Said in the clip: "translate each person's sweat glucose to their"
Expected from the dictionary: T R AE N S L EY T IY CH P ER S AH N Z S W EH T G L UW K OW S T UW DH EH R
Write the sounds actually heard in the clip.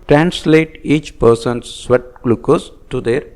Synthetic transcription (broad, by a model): T R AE N S L EY T IY CH P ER S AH N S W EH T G L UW K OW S T UW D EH R